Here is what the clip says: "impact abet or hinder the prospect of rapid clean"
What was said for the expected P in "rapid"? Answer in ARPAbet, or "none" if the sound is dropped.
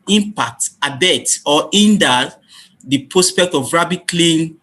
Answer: B